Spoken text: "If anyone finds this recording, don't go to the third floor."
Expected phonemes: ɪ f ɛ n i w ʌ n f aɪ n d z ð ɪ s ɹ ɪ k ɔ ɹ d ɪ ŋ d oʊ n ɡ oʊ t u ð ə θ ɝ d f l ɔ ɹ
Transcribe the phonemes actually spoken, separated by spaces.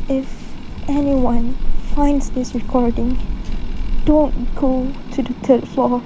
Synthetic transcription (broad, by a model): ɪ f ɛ n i w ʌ n f aɪ n d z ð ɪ s ɹ ɪ k ɔ ɹ d ɪ ŋ d oʊ n ɡ oʊ t u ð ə t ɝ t f l ɔ